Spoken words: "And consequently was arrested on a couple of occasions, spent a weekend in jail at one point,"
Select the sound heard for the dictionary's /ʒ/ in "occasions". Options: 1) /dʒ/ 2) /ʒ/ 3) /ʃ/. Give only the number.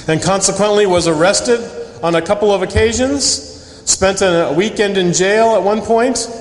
2